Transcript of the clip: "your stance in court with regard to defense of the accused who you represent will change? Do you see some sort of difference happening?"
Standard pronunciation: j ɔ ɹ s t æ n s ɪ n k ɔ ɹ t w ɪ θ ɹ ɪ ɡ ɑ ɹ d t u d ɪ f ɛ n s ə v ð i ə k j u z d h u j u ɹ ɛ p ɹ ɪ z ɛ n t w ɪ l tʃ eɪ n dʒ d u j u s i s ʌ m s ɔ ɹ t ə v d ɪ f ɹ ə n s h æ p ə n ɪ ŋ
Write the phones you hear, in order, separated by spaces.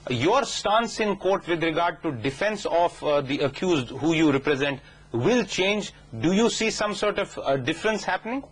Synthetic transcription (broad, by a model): j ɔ ɹ s t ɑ n s ɪ n k ɔ ɹ t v ɪ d ɹ ɪ ɡ ɑ ɹ d t u d ɪ f ɛ n s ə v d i ə k j u z d h u j u ɹ ɛ p ɹ ɪ z ɛ n t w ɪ l tʃ eɪ n dʒ d u j u s i s ʌ m s ɔ ɹ t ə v d ɪ f ɹ ə n s h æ p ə n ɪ ŋ